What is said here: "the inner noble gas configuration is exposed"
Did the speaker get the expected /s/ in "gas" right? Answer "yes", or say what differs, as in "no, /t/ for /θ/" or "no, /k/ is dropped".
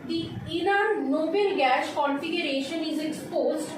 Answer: no, /ʃ/ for /s/